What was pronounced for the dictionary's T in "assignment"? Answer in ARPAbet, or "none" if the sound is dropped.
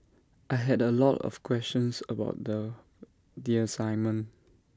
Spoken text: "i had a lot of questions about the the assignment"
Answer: none